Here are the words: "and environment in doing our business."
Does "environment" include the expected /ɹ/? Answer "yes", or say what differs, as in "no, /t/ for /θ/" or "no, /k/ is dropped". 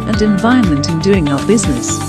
no, /ɹ/ is dropped